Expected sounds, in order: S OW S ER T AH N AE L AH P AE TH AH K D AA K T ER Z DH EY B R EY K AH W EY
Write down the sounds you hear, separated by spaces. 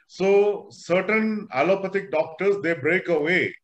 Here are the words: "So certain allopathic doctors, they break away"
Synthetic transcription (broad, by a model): S OW S ER T AH N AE L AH P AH T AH K D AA K T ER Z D EY B R EY K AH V EY